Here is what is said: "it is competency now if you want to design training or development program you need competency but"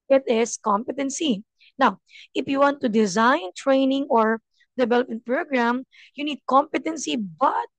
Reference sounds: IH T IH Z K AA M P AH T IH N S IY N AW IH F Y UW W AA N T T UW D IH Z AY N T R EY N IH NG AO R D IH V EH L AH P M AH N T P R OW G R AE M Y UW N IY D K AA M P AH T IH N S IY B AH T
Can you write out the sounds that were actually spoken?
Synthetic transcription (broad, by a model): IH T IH S K AA M P AH T IH N S IY N AW IH F Y UW W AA N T T UW D IH Z AY N T R EY N IH NG AO R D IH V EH L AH P M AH N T P R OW G R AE M Y UW N IY D K AA M P AH T IH N S IY B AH T